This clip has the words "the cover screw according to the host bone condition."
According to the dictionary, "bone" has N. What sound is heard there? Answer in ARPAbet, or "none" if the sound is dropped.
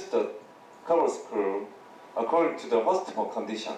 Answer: L